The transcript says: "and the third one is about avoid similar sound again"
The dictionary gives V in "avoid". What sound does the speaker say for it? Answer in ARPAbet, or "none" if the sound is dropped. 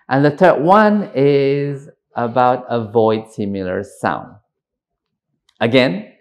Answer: V